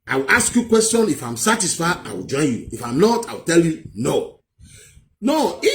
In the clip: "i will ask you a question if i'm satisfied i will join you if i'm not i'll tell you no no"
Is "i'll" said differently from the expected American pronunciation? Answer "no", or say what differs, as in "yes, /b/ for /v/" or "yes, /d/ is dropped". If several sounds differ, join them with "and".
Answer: yes, /w/ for /l/